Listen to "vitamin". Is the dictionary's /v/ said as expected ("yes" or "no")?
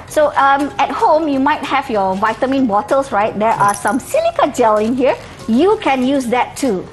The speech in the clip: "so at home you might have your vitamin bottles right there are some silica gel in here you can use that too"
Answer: yes